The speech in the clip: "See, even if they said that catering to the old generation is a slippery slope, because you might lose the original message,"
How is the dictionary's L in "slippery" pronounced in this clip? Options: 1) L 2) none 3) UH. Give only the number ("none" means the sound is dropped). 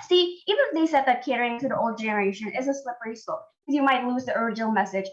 1